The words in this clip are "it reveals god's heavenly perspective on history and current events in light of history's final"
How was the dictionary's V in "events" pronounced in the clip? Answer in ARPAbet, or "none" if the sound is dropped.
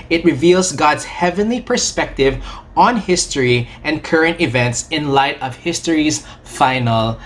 V